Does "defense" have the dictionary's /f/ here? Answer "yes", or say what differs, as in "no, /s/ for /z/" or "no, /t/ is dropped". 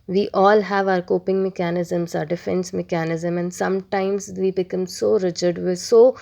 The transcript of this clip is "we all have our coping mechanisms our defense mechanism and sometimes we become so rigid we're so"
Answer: yes